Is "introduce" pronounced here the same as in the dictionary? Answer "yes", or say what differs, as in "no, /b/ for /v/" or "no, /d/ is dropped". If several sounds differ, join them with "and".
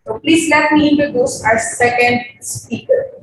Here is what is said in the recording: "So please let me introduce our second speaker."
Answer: no, /ɹ/ is dropped